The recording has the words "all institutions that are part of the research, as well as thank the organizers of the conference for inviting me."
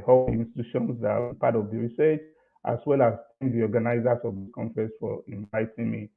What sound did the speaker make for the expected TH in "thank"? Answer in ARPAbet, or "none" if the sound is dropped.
T